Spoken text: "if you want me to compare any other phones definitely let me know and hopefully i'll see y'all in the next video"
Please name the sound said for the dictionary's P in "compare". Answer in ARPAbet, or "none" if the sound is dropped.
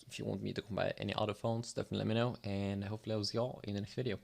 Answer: B